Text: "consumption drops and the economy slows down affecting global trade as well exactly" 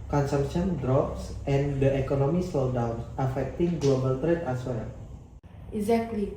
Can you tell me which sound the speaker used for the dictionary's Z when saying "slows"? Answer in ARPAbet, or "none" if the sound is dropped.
none